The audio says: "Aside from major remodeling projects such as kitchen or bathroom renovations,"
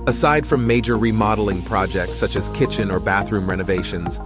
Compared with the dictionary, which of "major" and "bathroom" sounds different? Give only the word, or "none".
none